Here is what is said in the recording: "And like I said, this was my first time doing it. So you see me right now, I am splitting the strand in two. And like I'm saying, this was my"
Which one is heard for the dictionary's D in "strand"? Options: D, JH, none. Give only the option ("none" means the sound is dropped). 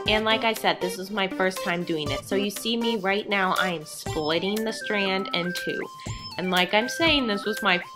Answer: D